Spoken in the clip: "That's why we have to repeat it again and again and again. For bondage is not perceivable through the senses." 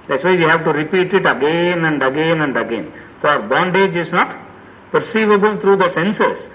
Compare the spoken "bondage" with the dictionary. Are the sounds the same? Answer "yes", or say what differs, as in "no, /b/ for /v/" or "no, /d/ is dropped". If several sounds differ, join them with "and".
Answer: yes